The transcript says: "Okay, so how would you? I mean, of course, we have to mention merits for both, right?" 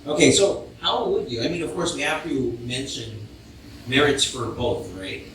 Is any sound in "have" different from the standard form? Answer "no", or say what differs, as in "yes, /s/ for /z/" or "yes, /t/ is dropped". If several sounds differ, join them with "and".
yes, /f/ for /v/